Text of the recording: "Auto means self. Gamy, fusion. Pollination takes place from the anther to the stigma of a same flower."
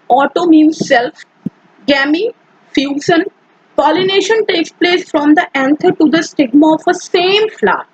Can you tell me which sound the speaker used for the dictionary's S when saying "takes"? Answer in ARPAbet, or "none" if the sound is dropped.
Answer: S